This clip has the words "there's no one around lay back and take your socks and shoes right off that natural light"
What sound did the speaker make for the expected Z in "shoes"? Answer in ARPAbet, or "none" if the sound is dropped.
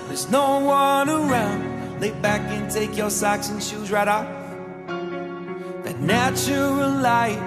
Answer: Z